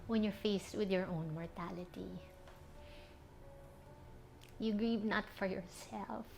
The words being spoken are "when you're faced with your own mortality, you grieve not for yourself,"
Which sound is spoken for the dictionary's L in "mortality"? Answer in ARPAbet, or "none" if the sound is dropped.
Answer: L